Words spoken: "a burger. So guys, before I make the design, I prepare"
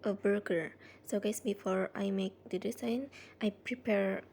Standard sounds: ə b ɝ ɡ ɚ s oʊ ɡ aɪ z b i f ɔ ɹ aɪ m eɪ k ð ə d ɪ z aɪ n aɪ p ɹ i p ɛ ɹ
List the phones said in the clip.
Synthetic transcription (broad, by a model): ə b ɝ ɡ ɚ s oʊ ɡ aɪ s b i f ɔ ɹ aɪ m eɪ k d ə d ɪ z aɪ n aɪ p ɹ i p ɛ ɹ